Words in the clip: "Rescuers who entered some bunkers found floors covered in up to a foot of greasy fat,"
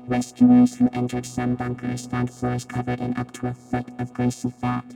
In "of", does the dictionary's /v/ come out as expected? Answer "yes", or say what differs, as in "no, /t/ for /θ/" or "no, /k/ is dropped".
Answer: yes